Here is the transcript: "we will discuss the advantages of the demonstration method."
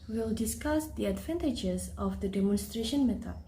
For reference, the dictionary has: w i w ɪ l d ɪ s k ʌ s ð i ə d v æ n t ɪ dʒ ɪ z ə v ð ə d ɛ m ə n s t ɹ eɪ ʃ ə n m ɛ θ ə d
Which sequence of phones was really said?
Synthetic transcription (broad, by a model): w w ɪ l d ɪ s k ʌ s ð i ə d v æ n t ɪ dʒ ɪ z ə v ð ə d ɛ m ə n s t ɹ eɪ ʃ ə n m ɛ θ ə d